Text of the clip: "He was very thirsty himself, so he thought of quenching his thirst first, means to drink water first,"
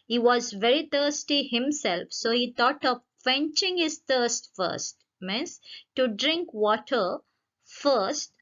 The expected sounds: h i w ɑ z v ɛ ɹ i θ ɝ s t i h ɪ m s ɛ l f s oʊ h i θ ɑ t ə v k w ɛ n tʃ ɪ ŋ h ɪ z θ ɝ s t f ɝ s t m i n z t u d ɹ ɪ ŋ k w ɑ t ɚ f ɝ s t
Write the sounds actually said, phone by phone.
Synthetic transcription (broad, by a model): h i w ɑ z v ɛ ɹ i t ɝ s t i h ɪ m s ɛ l f s oʊ h i t ɑ t ə v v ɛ n tʃ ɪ ŋ h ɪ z t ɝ s t f ɝ s t m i n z t u d ɹ ɪ ŋ k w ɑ t ɚ f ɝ s t